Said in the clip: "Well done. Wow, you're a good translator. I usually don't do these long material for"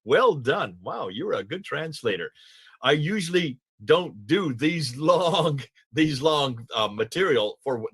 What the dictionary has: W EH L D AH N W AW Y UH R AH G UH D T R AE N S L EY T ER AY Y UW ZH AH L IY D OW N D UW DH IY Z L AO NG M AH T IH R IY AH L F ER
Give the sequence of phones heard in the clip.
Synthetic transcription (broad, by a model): W EH L D AH N W AW Y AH R AH G UH D T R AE N S L EY T ER AY Y UW ZH L IY D OW N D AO DH IY Z L AO NG M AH T IH R IY L F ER